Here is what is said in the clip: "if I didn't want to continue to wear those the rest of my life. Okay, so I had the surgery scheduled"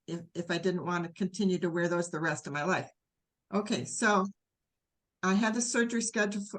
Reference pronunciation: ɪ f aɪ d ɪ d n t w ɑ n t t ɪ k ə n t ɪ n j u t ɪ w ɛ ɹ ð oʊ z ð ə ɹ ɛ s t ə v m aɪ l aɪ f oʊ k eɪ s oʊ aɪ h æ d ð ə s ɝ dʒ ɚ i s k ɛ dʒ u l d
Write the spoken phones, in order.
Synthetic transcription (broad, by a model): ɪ f aɪ d ɪ d n t w ɑ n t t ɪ k ə n t ɪ n j u t ɪ w ɛ ɹ ð oʊ z ð ə ɹ ɛ s t ə v m aɪ l aɪ f oʊ k eɪ s oʊ aɪ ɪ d ð ə s ɝ dʒ ɚ i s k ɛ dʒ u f